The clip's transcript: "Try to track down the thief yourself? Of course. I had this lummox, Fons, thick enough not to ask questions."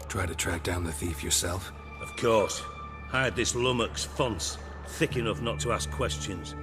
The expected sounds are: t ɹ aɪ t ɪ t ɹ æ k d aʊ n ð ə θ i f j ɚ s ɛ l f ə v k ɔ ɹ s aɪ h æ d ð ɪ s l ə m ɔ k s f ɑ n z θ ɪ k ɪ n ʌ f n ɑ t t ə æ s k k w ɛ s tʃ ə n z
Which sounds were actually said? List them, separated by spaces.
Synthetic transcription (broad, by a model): t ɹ aɪ t ɪ t ɹ æ k d aʊ n ð ə θ i f j ɚ s ɛ l f ə v k ɔ ɹ s aɪ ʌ d ð ɪ s l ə m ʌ k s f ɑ n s θ ɪ k ɪ n ʌ f n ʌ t t ə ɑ s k k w ɛ s tʃ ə n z